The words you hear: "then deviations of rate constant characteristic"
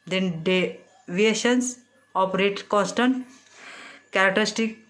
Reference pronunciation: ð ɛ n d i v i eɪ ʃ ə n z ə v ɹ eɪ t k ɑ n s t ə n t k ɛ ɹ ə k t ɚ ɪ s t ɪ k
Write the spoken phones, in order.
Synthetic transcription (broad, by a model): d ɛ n d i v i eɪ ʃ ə n s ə p ɹ eɪ t k ɑ n s t ə n t k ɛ ɹ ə k t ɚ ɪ s t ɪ k